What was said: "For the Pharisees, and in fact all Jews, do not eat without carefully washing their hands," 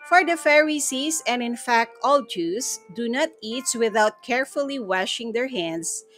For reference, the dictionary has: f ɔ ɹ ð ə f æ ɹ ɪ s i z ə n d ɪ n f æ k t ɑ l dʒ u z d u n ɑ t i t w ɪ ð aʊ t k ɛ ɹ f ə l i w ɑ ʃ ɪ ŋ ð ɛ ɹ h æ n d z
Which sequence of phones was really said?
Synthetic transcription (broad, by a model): f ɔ ɹ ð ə f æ ɹ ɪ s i s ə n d ɪ n f æ k t ɑ l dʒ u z d u n ɑ t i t w ɪ ð aʊ t k ɛ ɹ f ə l i w ɑ ʃ ɪ ŋ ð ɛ ɹ h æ n d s